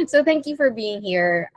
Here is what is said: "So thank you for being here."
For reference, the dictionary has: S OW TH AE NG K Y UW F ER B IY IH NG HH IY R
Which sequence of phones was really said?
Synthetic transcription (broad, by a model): S OW TH AE NG K Y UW F ER B IY IH NG HH IY R